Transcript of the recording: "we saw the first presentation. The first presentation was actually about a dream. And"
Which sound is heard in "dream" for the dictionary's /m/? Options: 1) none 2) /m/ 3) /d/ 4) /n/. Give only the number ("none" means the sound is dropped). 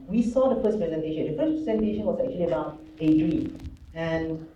1